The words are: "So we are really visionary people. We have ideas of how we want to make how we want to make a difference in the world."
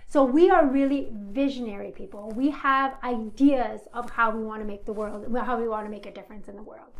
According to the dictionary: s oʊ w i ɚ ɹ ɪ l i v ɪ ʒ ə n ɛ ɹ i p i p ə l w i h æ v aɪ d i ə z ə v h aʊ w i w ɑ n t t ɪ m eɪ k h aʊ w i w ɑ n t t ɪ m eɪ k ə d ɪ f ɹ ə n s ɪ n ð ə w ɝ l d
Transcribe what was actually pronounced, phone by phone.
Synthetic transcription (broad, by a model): s oʊ w i ɚ ɹ ɪ l i v ɪ ʒ ə n ɛ ɹ i p i p l w i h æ v aɪ d i ə z ə v h aʊ w i w ɑ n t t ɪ m eɪ k h aʊ w i w ɑ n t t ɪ m eɪ k ə d ɪ f ɹ ə n s ɪ n ð ə w ɝ l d